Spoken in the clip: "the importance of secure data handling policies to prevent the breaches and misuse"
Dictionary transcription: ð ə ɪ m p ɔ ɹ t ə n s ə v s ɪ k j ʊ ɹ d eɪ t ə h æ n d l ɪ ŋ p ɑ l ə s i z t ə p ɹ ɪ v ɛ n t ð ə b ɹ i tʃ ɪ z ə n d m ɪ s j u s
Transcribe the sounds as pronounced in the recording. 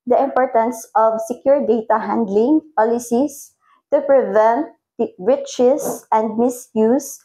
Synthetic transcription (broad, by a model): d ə ɪ m p ɔ ɹ t ə n s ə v s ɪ k j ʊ ɹ d eɪ t ə h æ n d l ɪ ŋ p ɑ l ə s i s t ə p ɹ ɪ v ɛ n t ɹ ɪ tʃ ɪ s ə n d m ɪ s j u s